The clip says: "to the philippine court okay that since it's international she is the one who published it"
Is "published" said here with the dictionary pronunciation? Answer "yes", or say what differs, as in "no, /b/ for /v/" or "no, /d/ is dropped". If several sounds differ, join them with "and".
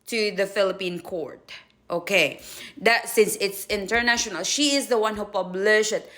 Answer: no, /t/ is dropped